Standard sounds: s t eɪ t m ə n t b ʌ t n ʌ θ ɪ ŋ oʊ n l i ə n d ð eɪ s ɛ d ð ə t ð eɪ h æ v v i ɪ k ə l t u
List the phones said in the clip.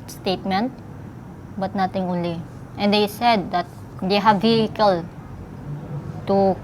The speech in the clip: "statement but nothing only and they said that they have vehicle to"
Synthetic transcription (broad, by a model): s t eɪ t m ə n t b ʌ t n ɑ t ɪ ŋ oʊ n l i ə n d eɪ s ɛ d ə t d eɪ h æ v v i ɪ k ə l t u